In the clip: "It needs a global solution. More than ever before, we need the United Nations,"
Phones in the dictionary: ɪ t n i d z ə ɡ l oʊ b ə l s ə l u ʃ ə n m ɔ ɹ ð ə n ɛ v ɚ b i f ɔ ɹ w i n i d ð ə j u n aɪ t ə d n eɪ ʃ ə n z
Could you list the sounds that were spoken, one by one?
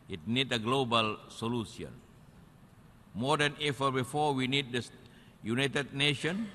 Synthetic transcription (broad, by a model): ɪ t n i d ə ɡ l oʊ b ə l s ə l u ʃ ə n m ɔ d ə n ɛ f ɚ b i f ɔ w i n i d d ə j u n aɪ t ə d n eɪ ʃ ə n